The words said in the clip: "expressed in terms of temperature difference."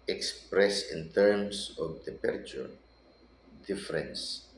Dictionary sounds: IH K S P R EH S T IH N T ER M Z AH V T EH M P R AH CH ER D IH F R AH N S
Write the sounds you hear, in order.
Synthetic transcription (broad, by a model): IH K S P R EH S IH N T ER M S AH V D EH P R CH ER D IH F R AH N S